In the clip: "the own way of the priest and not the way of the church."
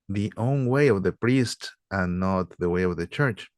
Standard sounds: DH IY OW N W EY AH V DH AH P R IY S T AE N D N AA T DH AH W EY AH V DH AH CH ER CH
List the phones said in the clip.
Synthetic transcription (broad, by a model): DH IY OW N W EY AH V DH AH P R IY S T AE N N AA T DH AH W EY AH V DH AH CH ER CH